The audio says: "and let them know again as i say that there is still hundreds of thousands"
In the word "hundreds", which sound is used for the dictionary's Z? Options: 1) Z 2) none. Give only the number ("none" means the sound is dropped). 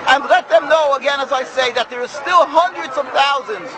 1